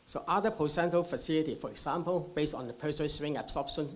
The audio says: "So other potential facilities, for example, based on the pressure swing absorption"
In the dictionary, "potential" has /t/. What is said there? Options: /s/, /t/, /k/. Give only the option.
/s/